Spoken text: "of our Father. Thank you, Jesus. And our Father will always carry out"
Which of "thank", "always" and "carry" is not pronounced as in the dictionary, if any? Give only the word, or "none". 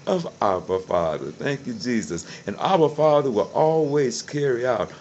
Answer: none